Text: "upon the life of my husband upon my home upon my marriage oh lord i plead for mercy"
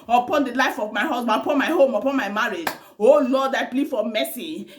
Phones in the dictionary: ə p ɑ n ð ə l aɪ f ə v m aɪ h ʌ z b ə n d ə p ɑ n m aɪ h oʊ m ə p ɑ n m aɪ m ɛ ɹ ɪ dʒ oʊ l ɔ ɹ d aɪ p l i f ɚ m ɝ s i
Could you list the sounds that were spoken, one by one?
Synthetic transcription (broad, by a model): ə p ɑ n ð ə l aɪ f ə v m aɪ h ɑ s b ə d ə p ɑ n m aɪ h oʊ m ə p ɑ n m aɪ m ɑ ɹ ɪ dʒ oʊ l ɔ d aɪ p l i f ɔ m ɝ s i